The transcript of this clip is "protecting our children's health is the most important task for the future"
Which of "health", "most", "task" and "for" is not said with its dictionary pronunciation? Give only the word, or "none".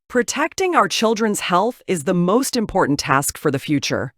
none